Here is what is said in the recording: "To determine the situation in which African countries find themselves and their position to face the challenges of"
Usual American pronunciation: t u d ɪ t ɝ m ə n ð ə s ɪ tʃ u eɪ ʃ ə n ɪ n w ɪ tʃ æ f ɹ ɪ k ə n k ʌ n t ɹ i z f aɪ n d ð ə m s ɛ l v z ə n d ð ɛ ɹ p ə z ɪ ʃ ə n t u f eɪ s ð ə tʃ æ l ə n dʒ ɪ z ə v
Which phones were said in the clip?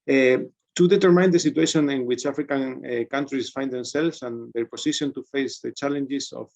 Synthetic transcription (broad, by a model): t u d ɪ t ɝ m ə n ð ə s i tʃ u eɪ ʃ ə n ɪ n w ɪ tʃ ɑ f ɹ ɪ k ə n k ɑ n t ɹ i s f aɪ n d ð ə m s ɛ l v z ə n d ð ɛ ɹ p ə s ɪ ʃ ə n t u f eɪ s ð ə tʃ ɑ l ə n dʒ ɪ s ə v